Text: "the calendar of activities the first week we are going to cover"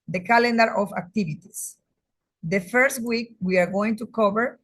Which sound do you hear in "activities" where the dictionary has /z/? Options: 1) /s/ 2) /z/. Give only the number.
1